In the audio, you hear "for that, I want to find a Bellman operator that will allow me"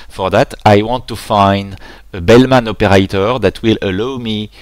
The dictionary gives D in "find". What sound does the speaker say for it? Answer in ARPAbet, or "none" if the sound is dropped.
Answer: D